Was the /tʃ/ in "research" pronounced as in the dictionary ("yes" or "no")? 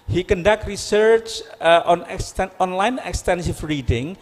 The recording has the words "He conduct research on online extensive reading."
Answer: yes